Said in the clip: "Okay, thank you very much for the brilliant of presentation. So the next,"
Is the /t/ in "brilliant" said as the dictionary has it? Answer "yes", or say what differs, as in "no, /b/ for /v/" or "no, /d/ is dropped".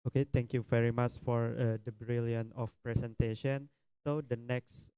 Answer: no, /t/ is dropped